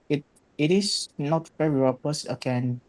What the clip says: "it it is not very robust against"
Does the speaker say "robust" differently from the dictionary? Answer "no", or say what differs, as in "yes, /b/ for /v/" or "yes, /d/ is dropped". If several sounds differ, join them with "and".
yes, /t/ is dropped